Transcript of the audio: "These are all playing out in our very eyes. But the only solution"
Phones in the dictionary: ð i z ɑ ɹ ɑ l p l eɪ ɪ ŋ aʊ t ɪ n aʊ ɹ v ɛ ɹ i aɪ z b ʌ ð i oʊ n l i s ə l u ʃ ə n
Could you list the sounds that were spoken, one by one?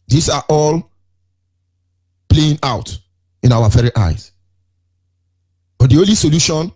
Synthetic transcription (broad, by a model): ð i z ɑ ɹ ɑ l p l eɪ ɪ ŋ aʊ t ɪ n aʊ w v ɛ ɹ i aɪ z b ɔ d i oʊ n l i s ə l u ʃ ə n